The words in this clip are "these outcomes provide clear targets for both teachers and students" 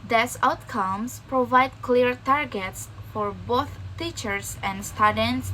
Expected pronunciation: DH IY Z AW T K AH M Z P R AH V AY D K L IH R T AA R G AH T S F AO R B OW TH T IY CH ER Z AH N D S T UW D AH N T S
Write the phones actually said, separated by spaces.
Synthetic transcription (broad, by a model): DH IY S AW T K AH M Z P R AH V AY D K L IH R T AA R G AH T S F AO R B OW TH T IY CH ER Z AH N D S T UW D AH N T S